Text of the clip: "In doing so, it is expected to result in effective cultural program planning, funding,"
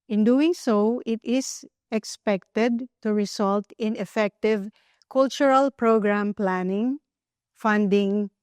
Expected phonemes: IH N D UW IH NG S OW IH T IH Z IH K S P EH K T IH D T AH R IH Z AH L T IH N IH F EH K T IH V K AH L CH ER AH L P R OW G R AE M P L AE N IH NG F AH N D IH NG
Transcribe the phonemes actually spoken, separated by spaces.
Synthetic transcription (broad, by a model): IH N D UW IH NG S OW IH T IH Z IH K S P EH K T IH D T AH R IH S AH L T IH N IH F EH K T IH V K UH L CH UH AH L P R OW G R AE M P L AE N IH NG F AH N D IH NG